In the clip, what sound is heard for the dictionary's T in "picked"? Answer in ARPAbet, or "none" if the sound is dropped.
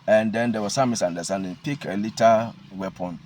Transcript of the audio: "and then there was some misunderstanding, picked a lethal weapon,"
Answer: none